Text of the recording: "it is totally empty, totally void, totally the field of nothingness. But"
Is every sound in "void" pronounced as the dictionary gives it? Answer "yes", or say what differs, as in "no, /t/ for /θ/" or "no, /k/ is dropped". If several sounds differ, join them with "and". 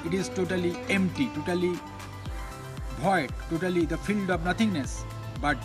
no, /b/ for /v/